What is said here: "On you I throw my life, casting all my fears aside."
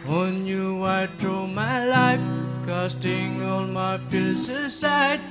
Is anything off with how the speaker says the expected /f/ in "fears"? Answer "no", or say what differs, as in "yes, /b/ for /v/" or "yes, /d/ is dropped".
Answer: yes, /p/ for /f/